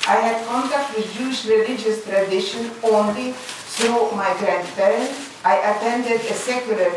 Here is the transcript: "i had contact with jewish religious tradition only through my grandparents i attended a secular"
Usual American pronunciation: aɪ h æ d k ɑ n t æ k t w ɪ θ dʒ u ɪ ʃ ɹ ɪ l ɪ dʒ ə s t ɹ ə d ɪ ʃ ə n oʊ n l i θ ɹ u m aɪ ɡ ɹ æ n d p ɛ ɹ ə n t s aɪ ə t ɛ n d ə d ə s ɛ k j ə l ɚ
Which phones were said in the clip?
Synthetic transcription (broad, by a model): aɪ h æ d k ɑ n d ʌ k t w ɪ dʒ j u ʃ ɹ ɪ l ɪ dʒ ə s t ɹ ə d ɪ ʃ ə n oʊ n l i s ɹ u m aɪ ɡ ɹ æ n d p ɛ ɹ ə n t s aɪ ə t ɛ n d ə d ə s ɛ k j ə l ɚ